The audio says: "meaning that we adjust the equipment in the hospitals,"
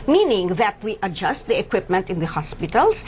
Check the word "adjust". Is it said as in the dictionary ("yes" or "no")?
yes